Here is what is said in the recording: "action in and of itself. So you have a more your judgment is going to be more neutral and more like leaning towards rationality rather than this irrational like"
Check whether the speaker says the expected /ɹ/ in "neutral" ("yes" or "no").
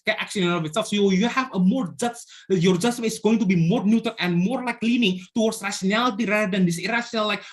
no